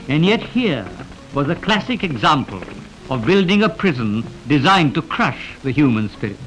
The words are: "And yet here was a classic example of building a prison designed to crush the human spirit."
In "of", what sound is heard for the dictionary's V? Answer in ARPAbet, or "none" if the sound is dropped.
V